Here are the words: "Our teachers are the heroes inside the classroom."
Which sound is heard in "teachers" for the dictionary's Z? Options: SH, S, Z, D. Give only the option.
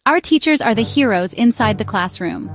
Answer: Z